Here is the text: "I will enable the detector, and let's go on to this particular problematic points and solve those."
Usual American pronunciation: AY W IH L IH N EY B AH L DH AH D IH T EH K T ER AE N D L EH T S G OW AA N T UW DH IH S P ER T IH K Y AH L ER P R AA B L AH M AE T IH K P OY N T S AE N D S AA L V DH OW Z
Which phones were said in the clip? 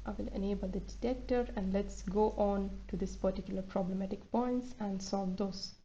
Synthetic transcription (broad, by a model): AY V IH L IH N EY B AH L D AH D IH T EH K T ER AE N D L EH T S G OW AA N T UW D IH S P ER T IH K Y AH L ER P R AA B L AH M AE T IH K P OY N T S AE N D S AA L V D OW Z